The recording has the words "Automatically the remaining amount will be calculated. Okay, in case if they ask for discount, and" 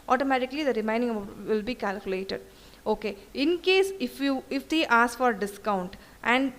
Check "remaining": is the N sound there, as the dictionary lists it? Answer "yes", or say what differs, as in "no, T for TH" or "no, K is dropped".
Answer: no, N is dropped